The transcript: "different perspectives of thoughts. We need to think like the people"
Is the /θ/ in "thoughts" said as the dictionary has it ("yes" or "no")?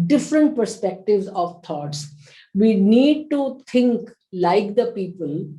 no